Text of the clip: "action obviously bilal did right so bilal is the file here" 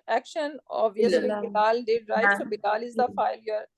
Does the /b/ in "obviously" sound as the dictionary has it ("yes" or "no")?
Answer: no